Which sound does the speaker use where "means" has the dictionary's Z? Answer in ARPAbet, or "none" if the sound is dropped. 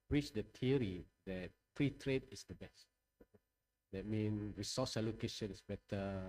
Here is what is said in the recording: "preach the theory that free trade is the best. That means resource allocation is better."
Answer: none